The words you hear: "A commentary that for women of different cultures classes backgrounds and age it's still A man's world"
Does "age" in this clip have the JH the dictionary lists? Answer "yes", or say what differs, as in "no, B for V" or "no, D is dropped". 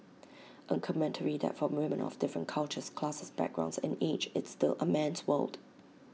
no, CH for JH